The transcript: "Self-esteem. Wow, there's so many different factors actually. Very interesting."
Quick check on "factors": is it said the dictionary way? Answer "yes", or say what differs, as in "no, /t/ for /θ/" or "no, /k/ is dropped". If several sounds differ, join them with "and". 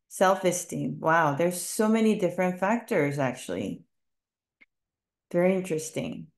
yes